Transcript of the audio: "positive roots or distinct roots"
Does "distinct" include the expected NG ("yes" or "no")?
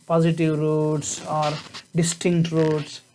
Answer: yes